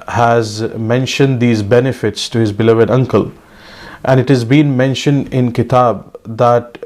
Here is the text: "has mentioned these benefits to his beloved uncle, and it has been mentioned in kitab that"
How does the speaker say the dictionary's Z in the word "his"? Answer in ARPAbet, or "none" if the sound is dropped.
Z